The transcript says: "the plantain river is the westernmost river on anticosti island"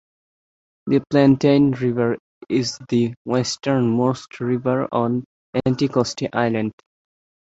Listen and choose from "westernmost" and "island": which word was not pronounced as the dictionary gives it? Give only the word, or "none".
none